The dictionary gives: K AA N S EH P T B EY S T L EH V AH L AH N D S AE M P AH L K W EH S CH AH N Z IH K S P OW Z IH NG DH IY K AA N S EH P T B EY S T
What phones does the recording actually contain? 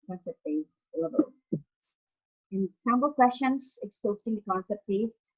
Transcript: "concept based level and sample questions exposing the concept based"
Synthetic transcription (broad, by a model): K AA N S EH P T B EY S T L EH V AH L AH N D S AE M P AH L K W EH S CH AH N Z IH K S OW S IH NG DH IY K AA N S EH P T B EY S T